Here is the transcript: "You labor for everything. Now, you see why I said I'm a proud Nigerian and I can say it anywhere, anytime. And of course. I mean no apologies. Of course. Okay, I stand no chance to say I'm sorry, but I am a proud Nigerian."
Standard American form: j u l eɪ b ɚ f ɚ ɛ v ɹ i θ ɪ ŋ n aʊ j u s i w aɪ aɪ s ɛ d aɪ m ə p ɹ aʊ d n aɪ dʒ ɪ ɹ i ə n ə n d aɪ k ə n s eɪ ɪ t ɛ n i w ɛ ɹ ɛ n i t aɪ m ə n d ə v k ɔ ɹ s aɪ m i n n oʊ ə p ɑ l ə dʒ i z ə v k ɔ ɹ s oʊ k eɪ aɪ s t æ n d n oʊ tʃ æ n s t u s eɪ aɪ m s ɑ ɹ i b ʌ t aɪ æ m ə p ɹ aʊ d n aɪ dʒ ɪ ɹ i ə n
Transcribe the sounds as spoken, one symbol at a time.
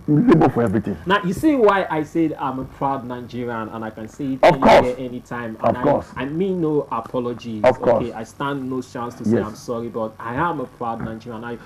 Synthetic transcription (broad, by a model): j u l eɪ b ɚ f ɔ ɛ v ɹ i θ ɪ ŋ n aʊ j u s i w aɪ aɪ s ɛ d aɪ m ə p ɹ aʊ d n aɪ dʒ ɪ ɹ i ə n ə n aɪ k ə n s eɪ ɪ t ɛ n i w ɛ ɛ n i t aɪ m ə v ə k ɔ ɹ s aɪ m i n n oʊ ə p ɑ l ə dʒ i ə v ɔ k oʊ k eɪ aɪ s t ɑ n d n oʊ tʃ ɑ n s t u s eɪ aɪ m s ɑ ɹ i b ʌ t aɪ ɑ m ə p ɹ aʊ d n aɪ dʒ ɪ ɹ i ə n